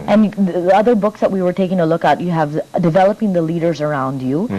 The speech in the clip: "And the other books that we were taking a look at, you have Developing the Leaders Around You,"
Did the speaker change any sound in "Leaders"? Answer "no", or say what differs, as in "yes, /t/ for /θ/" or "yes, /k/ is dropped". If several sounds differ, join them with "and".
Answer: no